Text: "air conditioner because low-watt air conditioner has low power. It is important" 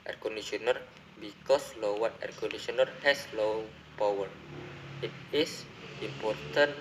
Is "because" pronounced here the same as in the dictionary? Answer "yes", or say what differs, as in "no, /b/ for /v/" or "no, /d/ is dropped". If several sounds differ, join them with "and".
no, /s/ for /z/